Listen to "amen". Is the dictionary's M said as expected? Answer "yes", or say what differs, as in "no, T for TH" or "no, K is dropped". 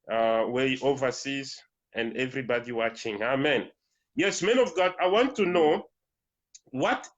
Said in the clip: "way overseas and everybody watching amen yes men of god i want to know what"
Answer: yes